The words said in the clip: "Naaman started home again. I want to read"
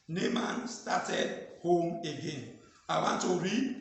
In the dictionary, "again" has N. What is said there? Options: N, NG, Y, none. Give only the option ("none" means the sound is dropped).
N